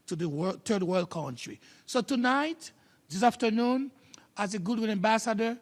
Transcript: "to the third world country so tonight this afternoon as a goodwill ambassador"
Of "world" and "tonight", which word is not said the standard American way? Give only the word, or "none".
none